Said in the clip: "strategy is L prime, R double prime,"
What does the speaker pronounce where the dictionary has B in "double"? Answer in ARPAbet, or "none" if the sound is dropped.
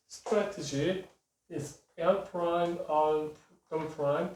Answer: none